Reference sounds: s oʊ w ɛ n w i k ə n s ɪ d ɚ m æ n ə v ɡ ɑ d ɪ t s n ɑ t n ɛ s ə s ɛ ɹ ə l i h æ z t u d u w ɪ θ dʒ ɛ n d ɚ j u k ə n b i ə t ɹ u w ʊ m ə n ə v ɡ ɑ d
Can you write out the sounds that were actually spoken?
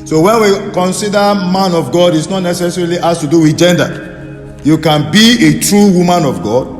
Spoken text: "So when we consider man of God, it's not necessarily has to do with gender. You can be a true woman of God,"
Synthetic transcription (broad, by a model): s oʊ w ɛ n w i k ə n s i d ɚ m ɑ n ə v ɡ ɑ d ɪ t s n ɑ t n ɛ s ə s ɛ ɹ ə l i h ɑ s t u d u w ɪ dʒ ɛ n d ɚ j u k ə n b i ə t ɹ u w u m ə n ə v ɡ ɑ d